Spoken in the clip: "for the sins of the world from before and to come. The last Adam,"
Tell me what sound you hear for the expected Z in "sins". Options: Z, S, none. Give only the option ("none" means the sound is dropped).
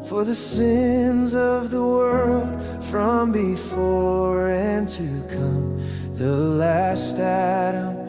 Z